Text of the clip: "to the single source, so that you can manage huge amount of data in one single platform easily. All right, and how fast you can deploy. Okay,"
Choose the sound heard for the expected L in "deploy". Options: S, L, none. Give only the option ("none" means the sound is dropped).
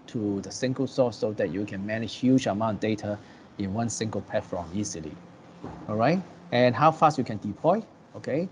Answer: L